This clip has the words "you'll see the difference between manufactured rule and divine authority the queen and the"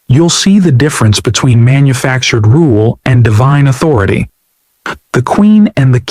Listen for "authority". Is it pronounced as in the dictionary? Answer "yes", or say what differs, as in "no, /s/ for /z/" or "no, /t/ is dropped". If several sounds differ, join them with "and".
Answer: yes